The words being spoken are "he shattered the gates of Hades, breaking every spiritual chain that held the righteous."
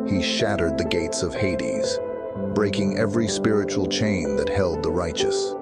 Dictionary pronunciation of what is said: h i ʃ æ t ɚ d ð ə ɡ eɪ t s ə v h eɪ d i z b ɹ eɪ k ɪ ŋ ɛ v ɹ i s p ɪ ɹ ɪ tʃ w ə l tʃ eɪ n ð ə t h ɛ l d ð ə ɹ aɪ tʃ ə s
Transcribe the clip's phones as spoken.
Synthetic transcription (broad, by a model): h i ʃ æ t ɚ d ð ə ɡ eɪ t s ə v h eɪ d i z b ɹ eɪ k ɪ ŋ ɛ v ɹ i s p ɪ ɹ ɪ tʃ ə l tʃ eɪ n ð ə t h ɛ l d ð ə ɹ aɪ tʃ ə s